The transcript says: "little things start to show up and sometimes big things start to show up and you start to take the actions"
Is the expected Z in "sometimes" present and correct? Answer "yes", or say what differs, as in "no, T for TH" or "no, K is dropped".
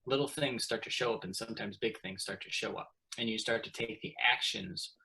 yes